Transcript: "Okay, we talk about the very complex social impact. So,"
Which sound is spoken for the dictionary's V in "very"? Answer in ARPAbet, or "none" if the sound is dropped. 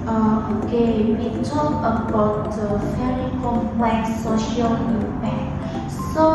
F